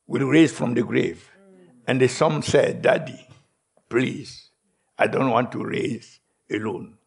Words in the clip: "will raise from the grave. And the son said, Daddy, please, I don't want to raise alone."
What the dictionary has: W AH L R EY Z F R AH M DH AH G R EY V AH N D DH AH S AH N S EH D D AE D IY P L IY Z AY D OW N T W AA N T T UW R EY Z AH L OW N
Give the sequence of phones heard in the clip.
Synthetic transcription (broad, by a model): W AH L R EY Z F R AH M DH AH G R EY V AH N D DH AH S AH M S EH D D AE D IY P L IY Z AY D OW N T W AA N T T UW R EY Z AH L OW N